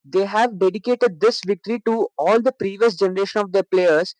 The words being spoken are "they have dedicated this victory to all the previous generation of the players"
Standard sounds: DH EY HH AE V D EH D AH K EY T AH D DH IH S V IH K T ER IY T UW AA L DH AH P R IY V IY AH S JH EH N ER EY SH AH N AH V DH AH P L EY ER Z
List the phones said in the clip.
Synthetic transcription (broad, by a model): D EY HH AE V D EH D AH K EY T AH D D IH S V IH K T ER IY T UW AA L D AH P R IY V IY AH S JH EH N ER EY SH AH N AH V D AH P L EY ER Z